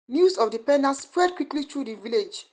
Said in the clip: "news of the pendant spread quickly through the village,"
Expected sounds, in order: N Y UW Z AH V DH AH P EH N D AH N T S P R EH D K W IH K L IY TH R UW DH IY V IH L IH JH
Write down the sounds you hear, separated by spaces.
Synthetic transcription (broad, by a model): N Y UW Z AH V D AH P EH N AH S P R EH D K W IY K L IY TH R UW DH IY V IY L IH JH